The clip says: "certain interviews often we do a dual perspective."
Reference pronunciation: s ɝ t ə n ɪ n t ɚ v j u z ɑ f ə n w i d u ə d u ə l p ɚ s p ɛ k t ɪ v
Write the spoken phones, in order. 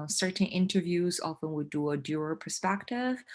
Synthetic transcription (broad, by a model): s ɝ t n ɪ n t ɚ v j u z ɑ f ə n w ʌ d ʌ ə d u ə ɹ p ɚ s p ɛ k t ɪ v